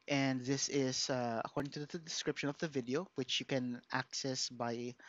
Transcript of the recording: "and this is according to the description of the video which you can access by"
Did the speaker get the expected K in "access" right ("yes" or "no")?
yes